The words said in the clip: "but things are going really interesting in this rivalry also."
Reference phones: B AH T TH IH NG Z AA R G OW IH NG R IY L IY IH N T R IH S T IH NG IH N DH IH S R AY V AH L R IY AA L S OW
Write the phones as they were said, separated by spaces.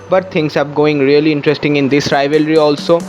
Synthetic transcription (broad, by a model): B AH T T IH NG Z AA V G OW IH NG R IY L IY IH N T R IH S T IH NG IH N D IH S R AY V AH L R IY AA L S OW